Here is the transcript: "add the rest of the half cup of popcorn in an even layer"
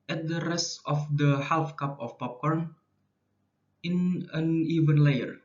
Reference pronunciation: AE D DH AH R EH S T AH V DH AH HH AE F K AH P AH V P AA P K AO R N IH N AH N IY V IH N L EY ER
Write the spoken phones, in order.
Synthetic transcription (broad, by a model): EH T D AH R EH S T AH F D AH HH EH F K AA P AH F P AA P K AO R N IH N AH N IY V IH N L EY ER